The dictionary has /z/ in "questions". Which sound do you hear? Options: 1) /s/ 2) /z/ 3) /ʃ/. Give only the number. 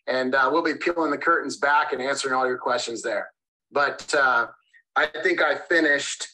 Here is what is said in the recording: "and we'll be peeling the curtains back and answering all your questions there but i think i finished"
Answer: 2